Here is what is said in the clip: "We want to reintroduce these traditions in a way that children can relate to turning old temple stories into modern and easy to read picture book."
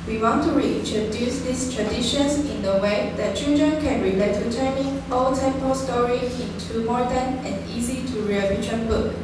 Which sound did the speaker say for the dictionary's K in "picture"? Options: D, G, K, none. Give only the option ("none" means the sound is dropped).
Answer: none